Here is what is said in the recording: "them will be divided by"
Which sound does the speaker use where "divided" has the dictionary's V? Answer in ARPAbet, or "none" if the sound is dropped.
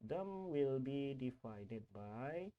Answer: F